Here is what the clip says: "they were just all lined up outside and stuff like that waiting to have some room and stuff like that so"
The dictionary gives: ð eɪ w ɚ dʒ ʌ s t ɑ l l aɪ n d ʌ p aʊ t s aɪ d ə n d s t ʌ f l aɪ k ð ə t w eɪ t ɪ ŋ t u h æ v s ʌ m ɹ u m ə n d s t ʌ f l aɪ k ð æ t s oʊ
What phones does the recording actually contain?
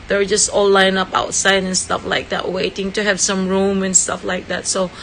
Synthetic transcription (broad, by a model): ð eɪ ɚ dʒ ʌ s t ɑ l l aɪ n ʌ p aʊ t s aɪ d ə n s t ʌ f l aɪ k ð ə t w eɪ t ɪ ŋ t u h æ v s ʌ m ɹ u m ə n s t ʌ f l aɪ k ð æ t s oʊ